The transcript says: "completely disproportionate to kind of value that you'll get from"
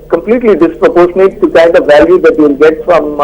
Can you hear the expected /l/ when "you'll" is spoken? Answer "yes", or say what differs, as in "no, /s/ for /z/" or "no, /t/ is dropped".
no, /n/ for /l/